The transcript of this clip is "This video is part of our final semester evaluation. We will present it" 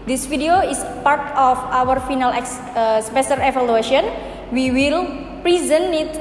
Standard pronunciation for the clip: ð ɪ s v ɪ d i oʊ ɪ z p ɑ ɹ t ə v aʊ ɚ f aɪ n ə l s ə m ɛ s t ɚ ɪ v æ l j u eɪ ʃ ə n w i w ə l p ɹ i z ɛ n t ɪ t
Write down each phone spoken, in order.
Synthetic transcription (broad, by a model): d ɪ s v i d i oʊ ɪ s p ɑ ɹ t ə f aʊ ɚ f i n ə l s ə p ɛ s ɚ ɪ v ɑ l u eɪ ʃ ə n w i w ə l p ɹ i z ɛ n ɪ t